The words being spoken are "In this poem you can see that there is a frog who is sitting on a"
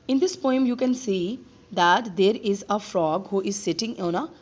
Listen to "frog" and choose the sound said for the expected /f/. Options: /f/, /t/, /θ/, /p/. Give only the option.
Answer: /f/